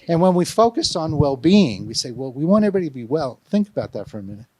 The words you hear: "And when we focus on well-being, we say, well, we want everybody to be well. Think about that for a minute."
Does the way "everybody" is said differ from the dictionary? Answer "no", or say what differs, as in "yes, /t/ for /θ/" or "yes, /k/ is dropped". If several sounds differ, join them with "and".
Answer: yes, /v/ is dropped